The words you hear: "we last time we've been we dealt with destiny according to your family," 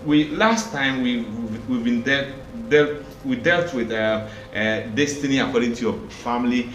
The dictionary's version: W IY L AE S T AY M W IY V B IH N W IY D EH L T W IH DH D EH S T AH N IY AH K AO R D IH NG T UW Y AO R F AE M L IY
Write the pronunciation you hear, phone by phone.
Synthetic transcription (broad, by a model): W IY L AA S T AY M W IY V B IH N W IY D EH L T W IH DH D EH S T AH N IY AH K AO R D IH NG T UW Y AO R F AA M L IY